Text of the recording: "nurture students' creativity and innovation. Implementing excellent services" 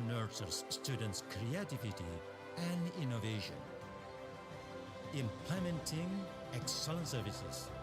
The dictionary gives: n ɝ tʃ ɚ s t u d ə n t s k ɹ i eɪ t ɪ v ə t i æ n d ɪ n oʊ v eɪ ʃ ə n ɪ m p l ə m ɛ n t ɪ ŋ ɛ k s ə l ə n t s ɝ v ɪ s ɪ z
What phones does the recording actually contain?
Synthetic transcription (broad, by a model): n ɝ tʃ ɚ s t u d ə n t s k ɹ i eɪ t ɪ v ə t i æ n d ɪ n oʊ v eɪ ʃ ə n ɪ m p l ə m ɛ n t ɪ ŋ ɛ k s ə l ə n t s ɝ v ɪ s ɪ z